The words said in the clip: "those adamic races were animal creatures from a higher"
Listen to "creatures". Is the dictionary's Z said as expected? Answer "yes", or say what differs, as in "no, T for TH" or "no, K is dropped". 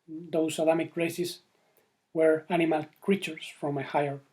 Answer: no, S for Z